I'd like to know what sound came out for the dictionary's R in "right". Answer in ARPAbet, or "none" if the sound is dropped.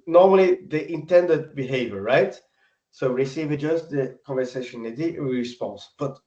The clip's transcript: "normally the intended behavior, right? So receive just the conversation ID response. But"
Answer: R